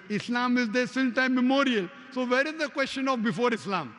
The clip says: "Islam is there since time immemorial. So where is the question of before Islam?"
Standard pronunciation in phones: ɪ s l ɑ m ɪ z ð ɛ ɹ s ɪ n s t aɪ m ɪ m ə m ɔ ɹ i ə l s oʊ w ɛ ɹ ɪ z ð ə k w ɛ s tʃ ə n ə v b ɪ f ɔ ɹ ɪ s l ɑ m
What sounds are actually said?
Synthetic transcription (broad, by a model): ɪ s l ɑ m ɪ z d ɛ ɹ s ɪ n t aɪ ɪ m ə m ɔ ɹ i ə l s oʊ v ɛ ɹ ɪ z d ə k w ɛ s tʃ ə n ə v b ɪ f ɔ ɹ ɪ s l ɑ m